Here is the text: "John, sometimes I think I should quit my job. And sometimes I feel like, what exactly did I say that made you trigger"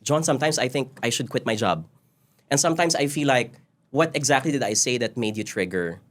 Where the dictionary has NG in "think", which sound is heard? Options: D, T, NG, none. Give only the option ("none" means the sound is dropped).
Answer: NG